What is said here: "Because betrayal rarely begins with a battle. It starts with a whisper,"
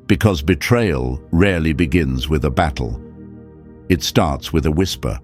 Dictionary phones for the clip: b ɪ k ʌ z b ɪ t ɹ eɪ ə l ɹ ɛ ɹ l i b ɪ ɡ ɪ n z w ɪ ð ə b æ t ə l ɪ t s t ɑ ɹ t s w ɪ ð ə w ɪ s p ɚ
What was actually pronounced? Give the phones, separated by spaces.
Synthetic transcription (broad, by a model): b ɪ k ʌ z b ɪ t ɹ eɪ ə l ɹ ɛ ɹ l i b ɪ ɡ ɪ n z w ɪ ð ə b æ t l ɪ t s t ɑ ɹ t s w ɪ ð ə w ɪ s p ɚ